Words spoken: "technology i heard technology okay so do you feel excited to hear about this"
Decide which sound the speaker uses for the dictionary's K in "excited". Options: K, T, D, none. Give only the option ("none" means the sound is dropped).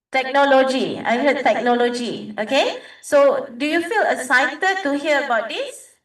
none